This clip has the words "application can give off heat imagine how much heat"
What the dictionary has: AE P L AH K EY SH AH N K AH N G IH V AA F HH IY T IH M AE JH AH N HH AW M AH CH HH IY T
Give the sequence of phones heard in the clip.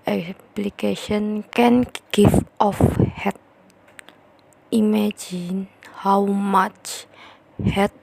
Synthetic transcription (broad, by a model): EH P L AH K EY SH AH N K AH N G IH F AA F HH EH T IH M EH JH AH N HH AW M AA CH HH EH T